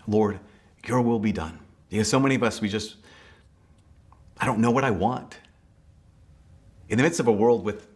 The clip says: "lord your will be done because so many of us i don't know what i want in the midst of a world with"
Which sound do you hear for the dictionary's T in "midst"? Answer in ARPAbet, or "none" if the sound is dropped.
T